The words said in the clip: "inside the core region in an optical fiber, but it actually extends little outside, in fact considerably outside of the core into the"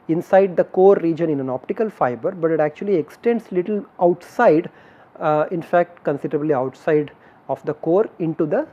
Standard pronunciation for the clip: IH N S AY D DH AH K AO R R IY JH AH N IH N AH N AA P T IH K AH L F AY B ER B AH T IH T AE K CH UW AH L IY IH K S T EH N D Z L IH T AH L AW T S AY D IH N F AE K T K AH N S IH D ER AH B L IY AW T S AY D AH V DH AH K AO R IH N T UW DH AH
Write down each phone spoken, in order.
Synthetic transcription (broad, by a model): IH N S AY D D AH K AO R R IY JH AH N IH N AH N AA P T IH K AH L F AY B ER B AH T IH T AE K CH UW AH L IY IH K S T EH N D S L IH T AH L AW T S AY D IH N F AE K T K AH N S IH D ER AH B L IY AW T S AY D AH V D AH K AO R IH N T UW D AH